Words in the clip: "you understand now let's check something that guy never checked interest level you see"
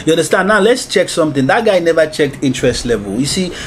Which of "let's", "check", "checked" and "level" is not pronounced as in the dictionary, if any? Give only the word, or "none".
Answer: none